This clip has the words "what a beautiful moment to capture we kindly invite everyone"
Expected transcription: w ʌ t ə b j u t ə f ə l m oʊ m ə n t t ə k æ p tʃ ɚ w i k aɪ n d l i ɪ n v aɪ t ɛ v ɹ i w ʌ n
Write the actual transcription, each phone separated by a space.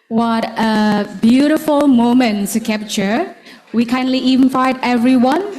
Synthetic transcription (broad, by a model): w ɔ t ə b j u t ə f ə l m oʊ m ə n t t k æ p tʃ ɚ w i k aɪ n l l i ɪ n f aɪ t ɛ v ɹ i w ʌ n